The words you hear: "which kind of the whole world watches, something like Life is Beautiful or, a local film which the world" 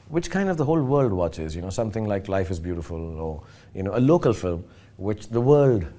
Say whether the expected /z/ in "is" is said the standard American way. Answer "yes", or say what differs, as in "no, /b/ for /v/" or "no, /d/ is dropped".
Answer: yes